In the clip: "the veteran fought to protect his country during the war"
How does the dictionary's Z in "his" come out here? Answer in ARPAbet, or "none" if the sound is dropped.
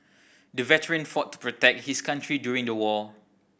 S